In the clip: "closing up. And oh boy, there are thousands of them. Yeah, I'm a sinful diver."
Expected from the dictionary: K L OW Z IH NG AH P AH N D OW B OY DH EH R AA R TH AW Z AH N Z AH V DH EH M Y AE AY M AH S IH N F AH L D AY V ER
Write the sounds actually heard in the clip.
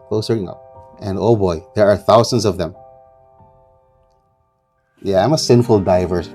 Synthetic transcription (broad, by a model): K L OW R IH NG AH P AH N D OW B OY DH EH R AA R TH AW Z AH N Z AH V DH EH M Y AE AY M AH S IH N F AH L D AY V ER